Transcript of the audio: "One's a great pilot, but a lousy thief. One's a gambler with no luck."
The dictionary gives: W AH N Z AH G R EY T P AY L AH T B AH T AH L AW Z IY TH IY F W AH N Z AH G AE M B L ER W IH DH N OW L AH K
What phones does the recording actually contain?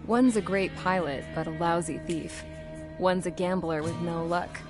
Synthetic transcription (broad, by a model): W AH N Z AH G R EY T P AY L AH T B AH T AH L AW Z IY TH IY F W AH N Z AH G AE M B L ER W IH DH N OW L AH K